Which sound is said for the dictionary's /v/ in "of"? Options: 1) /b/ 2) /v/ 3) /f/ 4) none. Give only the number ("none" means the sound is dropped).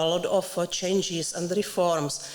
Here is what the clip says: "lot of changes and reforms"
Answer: 3